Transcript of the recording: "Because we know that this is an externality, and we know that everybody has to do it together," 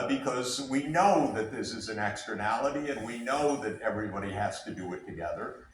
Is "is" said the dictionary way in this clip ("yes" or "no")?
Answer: yes